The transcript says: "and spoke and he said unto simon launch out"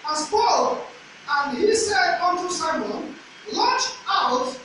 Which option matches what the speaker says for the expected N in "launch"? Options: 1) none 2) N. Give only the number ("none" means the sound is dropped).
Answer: 1